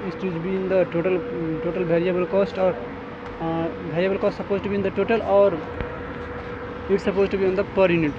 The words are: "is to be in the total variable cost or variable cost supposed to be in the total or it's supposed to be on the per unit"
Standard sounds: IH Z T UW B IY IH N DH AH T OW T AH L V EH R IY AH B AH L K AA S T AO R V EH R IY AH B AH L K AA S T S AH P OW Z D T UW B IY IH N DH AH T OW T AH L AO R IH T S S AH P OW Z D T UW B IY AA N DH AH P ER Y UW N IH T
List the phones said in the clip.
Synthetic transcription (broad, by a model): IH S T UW B IY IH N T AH T OW T AH L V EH R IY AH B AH L K AA S T AO R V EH R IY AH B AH L K AA S T S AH P OW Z T UW B IY IH N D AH T OW T AH L AO R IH T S S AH P OW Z T UW B IY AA N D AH P ER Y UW N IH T